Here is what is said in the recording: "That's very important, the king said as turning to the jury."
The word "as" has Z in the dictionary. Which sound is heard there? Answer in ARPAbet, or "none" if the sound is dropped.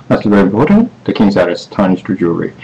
S